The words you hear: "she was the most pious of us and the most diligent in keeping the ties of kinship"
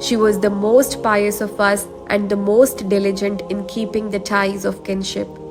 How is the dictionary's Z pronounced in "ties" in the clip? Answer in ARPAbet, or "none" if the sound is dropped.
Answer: Z